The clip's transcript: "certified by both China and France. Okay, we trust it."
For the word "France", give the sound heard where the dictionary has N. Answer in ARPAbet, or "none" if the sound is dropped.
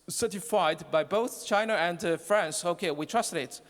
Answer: N